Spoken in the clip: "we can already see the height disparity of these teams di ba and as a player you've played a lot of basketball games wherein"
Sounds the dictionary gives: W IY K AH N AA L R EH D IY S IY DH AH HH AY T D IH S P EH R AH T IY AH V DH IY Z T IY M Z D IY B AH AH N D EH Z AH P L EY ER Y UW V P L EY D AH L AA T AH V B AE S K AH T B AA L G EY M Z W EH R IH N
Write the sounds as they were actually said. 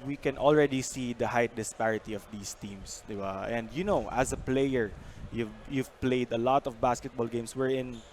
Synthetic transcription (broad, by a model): W IY K AH N AA L R EH D IY S IY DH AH HH AY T D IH S P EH R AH T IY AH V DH IY S T IY M S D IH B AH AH N D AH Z AH P L EY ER Y UW V P L EY D AH L AA T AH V B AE S K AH T B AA L G EY M S W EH R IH N